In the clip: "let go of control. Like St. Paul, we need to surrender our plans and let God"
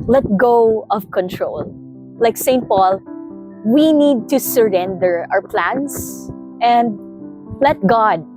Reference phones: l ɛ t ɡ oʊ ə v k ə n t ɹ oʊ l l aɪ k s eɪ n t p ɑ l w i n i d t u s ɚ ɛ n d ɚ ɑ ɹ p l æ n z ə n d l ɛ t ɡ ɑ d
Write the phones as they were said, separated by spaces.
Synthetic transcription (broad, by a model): l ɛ t ɡ oʊ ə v k ə n t ɹ oʊ l l aɪ k s eɪ n t p ɑ l w i n i d t u s ɚ ɛ n d ɚ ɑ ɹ p l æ n s ə n d l ɛ t ɡ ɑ d